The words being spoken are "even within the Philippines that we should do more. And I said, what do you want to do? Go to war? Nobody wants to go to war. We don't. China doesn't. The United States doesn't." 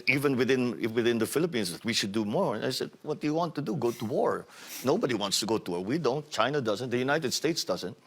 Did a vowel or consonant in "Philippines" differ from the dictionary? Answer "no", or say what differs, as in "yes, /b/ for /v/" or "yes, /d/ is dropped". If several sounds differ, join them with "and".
yes, /s/ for /z/